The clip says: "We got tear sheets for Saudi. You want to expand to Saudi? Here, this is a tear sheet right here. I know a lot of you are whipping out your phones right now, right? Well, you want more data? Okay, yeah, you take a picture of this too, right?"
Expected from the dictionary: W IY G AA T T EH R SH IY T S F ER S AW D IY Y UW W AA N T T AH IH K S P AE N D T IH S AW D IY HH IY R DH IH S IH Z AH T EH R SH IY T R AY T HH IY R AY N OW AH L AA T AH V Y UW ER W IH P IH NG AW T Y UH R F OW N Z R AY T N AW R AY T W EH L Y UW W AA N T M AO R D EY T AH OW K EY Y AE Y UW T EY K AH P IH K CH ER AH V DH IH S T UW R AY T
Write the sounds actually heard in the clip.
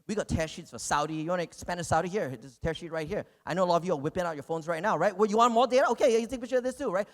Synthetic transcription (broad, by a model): W IY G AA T T EH R SH IY T S F ER S AW D IY Y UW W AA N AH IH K S P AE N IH S AW D IY HH IY R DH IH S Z T EH R SH IY T R AY T HH IY R AY N OW AH L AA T AH V Y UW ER W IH P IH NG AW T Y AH R F OW N Z R AY T N AW R AY T W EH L Y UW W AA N M AO R D EY T AH OW K EY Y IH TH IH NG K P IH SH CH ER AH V DH IH S T UW R AY T